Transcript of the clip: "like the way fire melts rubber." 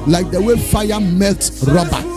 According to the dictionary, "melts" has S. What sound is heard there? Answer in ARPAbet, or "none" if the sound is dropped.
none